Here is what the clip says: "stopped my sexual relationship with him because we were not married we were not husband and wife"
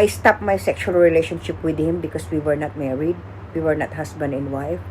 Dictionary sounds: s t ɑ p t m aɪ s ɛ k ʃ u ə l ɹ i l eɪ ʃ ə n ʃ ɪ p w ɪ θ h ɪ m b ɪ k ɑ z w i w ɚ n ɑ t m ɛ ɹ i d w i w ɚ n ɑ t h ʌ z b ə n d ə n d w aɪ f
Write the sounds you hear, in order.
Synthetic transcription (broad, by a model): s t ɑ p m aɪ s ɛ k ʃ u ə l ɹ i l eɪ ʃ ə n ʃ ɪ p w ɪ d h ɪ m b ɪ k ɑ s w i w ɚ n ɑ t m ɛ ɹ i d w i w ɚ n ɑ t h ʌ s b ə n d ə n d w aɪ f